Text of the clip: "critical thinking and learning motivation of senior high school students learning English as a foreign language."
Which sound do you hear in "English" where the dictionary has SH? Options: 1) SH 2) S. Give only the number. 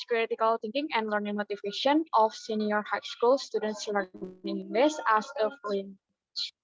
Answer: 2